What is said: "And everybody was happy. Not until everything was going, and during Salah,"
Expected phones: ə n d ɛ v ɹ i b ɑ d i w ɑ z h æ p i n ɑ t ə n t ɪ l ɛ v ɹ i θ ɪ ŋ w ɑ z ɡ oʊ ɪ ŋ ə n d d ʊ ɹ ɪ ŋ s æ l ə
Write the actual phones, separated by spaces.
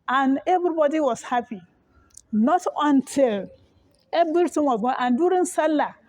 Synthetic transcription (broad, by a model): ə n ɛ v ɹ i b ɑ d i w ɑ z h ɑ p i n ɑ t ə n t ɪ l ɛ b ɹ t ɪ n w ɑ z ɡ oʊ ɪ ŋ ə n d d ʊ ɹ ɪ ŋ s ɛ l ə